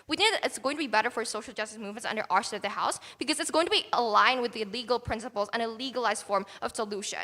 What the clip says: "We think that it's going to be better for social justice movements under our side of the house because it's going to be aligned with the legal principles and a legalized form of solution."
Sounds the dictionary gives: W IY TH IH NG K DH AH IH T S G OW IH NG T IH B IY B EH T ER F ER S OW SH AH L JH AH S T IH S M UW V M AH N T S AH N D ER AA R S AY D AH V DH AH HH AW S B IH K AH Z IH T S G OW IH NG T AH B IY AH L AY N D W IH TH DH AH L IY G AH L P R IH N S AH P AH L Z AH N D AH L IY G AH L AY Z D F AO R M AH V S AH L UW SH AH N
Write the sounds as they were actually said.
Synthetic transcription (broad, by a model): W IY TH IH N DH IH T S G OW IH NG T IH B IY B EH T ER F ER S OW SH L JH AH S T IH S M UW V M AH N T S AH N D ER AA R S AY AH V DH AH HH AW S B IH K AH Z IH T S G OW IH NG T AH B IY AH L AY N W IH DH AH L IY G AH L P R IH N S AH P L Z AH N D AH L IY G AH L AY Z D F AO R M AH V S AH L UW SH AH N